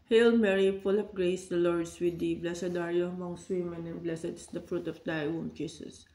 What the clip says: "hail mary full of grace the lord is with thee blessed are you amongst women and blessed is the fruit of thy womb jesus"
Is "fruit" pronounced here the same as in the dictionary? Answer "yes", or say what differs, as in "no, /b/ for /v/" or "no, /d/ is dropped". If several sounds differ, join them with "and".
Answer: yes